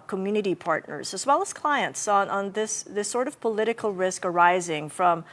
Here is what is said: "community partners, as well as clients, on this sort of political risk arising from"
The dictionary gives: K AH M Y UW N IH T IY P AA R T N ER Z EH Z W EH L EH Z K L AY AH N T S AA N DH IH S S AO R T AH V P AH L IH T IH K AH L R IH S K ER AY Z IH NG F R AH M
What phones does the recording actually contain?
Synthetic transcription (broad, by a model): K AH M Y UW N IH T IY P AA R T N ER Z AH Z W EH L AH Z K L AY AH N T S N N DH IH S S AO R T AH V P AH L IH T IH K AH L R IH S K ER AY Z IH NG F R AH M